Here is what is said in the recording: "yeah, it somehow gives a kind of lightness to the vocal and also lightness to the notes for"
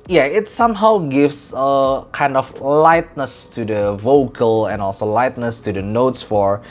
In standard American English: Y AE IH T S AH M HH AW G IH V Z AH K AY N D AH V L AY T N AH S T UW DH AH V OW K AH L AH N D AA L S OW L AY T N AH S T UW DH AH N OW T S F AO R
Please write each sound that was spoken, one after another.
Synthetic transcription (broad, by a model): Y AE IH T S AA M HH AW G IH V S AH K AY N D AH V L AY T N AH S T UW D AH V OW K AH L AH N AA L S OW L AY T N AH S T UW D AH N OW T S F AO R